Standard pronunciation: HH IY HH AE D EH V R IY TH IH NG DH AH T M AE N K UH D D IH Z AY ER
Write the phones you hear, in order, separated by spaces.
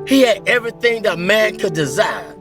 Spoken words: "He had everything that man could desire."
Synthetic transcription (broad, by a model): HH IY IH D EH V R IY TH IH NG DH AH T M AE N K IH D D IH Z AY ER